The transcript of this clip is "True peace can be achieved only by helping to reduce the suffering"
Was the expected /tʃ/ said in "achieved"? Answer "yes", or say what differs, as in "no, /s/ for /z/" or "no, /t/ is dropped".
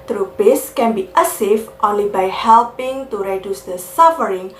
no, /s/ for /tʃ/